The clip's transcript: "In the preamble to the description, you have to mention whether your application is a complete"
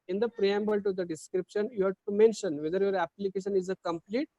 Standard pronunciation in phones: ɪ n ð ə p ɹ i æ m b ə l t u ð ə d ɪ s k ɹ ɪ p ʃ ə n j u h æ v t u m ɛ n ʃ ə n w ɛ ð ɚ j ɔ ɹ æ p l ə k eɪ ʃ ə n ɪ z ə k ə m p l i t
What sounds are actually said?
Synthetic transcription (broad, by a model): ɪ n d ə p ɹ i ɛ m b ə l t u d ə d ɪ s k ɹ ɪ p ʃ ə n j u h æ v t u m ɛ n ʃ ə n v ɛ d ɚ j ɔ ɹ æ p l ə k eɪ ʃ ə n ɪ z ə k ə m p l i t